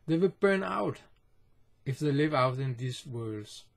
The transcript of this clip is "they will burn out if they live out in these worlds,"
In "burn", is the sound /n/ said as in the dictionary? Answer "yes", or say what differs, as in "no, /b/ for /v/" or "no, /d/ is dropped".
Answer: yes